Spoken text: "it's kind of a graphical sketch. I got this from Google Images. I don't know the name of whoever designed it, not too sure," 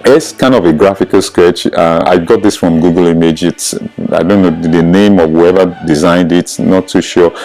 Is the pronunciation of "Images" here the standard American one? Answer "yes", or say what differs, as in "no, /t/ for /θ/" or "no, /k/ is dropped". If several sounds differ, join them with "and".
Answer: no, /s/ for /z/